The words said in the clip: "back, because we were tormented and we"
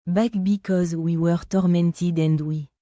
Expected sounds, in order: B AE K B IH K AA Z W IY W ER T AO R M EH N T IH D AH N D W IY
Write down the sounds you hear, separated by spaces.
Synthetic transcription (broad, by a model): B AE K B IH K AA Z W IY W ER T AO R M EH N T IH D AH N D W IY